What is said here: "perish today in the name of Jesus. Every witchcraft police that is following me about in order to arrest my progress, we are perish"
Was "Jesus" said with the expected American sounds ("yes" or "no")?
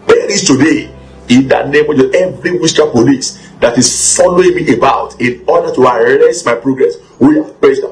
no